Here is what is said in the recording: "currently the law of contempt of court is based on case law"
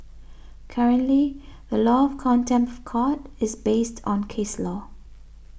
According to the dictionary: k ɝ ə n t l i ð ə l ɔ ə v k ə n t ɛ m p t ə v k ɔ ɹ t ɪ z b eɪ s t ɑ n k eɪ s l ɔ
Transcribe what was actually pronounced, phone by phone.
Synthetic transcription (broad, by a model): k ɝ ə n t l i ð ə l ɔ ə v k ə n t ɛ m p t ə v k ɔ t ɪ z b eɪ s t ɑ n k eɪ s l ɔ